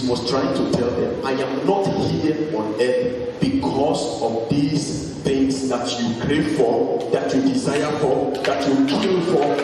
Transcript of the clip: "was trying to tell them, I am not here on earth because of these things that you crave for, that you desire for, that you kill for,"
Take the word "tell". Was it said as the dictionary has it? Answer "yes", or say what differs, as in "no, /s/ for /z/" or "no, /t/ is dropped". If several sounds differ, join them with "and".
yes